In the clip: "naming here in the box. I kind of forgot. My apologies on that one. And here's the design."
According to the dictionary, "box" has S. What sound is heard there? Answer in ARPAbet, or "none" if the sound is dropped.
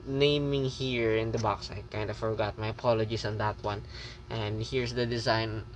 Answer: S